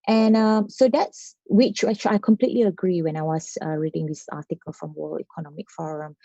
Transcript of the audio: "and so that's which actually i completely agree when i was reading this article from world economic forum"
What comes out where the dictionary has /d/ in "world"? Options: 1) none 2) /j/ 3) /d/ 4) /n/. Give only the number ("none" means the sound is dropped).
1